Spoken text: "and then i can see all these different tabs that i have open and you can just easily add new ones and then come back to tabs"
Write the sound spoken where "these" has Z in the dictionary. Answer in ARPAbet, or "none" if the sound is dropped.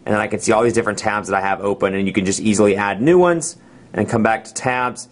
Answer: Z